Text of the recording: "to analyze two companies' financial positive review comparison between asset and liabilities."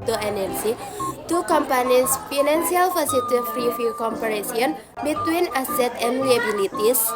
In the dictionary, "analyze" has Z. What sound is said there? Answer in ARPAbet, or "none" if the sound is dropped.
none